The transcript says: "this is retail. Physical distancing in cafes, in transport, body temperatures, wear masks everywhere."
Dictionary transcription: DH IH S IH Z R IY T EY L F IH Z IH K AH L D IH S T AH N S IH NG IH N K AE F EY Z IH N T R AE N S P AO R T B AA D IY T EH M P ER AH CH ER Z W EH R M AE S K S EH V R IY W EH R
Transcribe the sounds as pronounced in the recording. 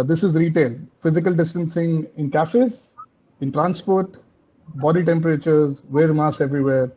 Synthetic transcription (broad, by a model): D IH S IH Z R IY T EY L F IH Z IH K AH L D IH S T AH N S IH NG IH N K AE F EY Z IH N T R AE N S P AO R T B AA D IY T EH M P ER AH CH ER Z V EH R M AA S S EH V R IY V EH R